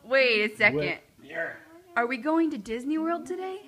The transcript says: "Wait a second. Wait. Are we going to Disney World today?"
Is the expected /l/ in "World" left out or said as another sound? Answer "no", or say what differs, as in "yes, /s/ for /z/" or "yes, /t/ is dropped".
no